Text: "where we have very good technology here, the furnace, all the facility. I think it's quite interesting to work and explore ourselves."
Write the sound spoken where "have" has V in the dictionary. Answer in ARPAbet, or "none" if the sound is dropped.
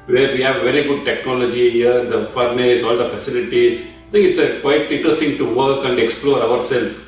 V